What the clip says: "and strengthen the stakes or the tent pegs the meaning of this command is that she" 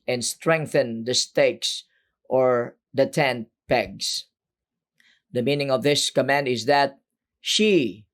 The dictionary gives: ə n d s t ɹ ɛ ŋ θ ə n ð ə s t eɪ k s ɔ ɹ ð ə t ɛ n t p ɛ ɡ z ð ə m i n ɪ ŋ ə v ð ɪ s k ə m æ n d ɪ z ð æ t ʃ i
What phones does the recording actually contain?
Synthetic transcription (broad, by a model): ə n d s t ɹ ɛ ŋ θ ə n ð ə s t eɪ k s ɔ ɹ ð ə t ɛ n t p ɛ ɡ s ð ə m i n ɪ ŋ ə v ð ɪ s k ə m æ n d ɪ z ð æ t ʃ i